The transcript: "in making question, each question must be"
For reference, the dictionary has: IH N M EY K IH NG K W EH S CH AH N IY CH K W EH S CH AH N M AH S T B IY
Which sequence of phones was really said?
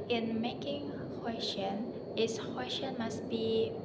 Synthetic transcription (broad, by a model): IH N M EY K IH NG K W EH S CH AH N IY S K W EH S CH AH N M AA S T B IY